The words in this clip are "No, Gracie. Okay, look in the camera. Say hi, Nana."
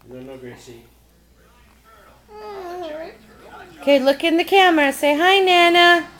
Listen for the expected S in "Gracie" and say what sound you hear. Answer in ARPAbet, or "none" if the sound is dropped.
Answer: none